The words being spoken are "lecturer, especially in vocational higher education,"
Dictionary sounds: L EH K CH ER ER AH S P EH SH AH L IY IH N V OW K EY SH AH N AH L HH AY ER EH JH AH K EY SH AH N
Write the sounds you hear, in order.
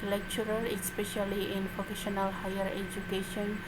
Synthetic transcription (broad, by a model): L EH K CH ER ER AH S P EH SH AH L IY IH N P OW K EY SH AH N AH L HH AY ER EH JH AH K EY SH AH N